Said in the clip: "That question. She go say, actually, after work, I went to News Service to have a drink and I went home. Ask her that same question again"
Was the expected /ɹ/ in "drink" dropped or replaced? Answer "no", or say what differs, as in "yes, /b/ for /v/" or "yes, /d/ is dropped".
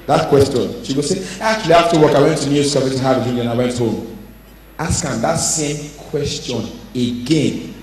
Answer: yes, /ɹ/ is dropped